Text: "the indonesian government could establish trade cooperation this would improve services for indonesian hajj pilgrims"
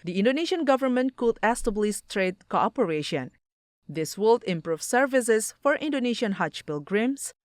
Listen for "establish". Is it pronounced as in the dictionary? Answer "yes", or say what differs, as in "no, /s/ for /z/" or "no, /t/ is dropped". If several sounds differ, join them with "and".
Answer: no, /s/ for /ʃ/